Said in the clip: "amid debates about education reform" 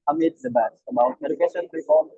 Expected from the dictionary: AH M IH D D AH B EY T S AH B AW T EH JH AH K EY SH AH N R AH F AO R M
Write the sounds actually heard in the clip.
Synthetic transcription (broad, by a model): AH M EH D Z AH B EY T AH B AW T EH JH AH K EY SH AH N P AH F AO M